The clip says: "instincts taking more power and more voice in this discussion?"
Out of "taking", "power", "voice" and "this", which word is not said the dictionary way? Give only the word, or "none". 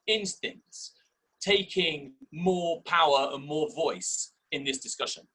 none